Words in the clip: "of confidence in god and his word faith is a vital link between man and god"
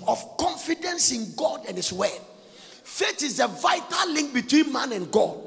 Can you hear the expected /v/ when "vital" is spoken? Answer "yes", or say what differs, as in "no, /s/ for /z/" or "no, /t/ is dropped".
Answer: yes